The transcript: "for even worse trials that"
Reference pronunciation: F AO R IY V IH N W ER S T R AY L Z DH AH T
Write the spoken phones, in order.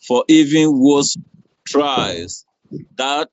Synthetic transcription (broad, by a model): F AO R IY V IH N W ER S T R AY Z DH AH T